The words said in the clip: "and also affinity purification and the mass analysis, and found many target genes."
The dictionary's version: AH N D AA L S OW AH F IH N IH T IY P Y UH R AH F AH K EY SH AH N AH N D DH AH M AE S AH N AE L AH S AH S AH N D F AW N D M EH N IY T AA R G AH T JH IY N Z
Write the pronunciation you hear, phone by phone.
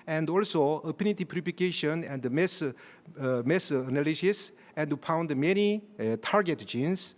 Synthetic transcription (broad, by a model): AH N D AA L S OW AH P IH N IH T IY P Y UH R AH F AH K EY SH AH N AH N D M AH M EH S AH N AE L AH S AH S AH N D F AW N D M EH N IY T AA R G AH T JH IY N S